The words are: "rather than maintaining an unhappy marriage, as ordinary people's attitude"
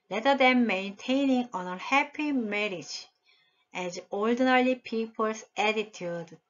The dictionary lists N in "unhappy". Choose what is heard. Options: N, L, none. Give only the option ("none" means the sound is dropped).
none